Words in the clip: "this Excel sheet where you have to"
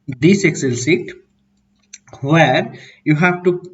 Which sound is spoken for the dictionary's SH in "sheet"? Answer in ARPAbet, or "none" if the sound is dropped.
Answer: S